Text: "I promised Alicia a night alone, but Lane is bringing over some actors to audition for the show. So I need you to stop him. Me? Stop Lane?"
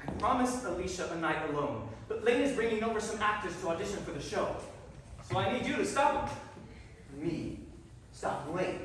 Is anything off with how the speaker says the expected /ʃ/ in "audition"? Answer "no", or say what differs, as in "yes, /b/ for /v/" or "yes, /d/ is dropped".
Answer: no